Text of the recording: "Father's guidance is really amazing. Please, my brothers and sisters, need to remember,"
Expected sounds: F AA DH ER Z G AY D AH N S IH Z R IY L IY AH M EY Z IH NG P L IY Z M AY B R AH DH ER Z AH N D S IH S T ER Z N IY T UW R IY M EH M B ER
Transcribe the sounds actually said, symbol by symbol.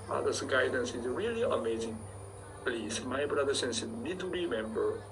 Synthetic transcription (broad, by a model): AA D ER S G AY D AH N S IH Z R IY L IY AH M EY Z IH NG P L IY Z M AY B R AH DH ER S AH N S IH T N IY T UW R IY M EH M B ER